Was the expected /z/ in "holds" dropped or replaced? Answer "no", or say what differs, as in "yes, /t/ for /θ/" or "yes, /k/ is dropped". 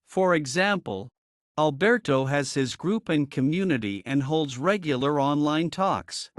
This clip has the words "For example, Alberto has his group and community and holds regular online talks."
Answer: no